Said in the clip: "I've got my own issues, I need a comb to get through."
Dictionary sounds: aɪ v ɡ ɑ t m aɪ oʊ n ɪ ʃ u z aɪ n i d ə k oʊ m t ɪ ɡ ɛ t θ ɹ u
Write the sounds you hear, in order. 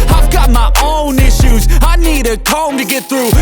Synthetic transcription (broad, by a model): aɪ v ɡ ɑ t m aɪ oʊ n ɪ ʃ u z aɪ n i d ə k oʊ m t ɪ ɡ ɛ t θ ɹ u